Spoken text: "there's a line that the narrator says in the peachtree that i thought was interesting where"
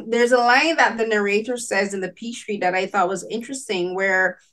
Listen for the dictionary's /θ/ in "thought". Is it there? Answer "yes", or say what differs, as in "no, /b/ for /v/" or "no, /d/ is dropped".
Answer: yes